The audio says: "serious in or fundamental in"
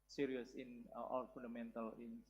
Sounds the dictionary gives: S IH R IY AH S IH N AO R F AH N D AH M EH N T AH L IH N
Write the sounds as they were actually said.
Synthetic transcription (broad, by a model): S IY R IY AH S IH N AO L F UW N D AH M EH N T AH L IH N